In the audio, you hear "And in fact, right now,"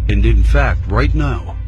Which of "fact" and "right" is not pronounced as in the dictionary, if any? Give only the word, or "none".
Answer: none